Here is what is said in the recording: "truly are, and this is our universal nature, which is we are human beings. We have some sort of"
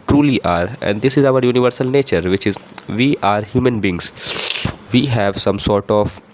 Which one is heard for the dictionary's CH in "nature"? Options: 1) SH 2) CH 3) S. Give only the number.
2